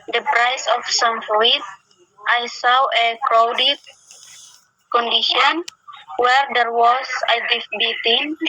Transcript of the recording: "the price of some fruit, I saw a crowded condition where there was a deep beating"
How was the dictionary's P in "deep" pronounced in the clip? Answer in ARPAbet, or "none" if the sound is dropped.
F